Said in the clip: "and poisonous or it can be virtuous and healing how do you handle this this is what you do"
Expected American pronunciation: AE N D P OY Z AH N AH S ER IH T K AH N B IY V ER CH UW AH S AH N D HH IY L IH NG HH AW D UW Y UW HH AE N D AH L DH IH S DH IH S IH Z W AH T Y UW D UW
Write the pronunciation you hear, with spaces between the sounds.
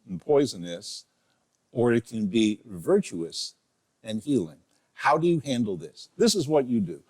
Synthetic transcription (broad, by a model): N P OY Z AH N AH S ER IH T K AH N B IY V ER CH UW AH S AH N HH IY L IH NG HH AW D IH Y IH HH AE N D L DH IH S DH IH S IH Z W AH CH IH D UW